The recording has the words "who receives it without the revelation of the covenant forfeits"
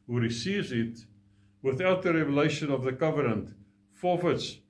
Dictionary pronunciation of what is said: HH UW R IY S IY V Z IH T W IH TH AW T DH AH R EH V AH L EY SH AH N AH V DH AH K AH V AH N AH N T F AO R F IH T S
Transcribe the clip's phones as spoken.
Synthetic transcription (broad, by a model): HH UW R IY S IY V Z IH T W IH TH AW T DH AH R EH V AH L EY SH AH N AH V DH AH K AH V AH N AH N T F AO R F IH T S